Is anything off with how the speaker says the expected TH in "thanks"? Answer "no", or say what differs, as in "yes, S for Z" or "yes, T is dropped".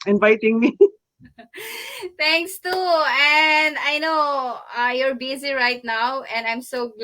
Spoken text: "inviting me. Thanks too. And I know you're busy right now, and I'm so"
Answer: yes, T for TH